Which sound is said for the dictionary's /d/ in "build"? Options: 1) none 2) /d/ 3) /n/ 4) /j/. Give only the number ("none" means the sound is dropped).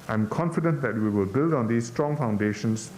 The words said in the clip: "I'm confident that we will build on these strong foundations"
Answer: 2